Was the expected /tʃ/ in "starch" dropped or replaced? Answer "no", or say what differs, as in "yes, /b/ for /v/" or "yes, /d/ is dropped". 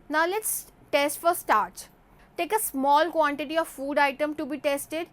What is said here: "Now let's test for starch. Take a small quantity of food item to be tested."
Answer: yes, /s/ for /tʃ/